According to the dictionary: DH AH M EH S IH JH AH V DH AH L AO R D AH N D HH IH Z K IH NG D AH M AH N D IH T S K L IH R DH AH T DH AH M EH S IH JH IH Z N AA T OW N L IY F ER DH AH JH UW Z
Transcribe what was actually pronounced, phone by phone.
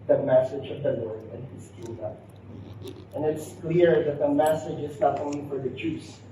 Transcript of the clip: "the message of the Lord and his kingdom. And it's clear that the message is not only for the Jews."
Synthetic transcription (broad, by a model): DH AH M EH S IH JH AH V DH AH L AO R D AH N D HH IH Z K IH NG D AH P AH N IH T S K L IH R DH AH T DH AH M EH S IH JH IH Z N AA T OW N L IY F ER DH AH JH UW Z